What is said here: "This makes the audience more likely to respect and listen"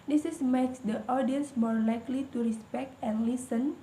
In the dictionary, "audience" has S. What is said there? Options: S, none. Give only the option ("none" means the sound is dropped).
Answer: S